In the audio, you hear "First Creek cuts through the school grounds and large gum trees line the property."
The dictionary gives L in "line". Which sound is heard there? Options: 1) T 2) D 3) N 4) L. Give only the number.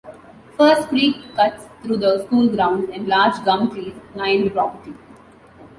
3